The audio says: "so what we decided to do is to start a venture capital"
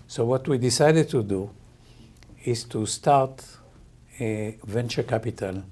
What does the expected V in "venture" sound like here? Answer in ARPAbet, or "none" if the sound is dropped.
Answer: V